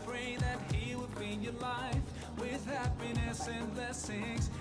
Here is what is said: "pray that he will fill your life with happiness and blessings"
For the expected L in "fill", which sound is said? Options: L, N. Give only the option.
N